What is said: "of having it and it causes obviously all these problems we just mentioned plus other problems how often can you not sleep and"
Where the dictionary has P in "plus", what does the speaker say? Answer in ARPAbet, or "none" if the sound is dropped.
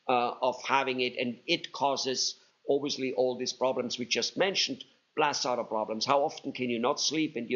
B